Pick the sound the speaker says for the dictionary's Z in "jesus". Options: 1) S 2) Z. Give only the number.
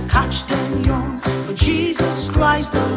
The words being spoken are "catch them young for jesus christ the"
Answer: 2